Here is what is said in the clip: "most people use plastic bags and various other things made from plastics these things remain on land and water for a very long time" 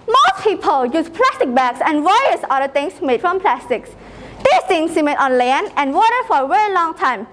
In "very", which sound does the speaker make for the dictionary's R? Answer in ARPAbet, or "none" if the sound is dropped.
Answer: R